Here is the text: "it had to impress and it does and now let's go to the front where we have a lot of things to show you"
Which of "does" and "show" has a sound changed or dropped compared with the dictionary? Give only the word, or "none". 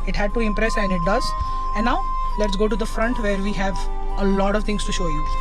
none